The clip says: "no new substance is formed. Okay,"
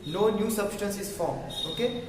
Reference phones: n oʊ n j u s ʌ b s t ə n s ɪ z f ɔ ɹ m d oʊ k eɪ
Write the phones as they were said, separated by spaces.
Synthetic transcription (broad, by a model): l oʊ n j u s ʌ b s t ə n s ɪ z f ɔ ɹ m oʊ k eɪ